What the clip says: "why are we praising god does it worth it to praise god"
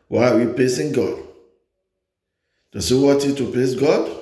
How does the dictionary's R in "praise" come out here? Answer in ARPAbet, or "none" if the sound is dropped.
L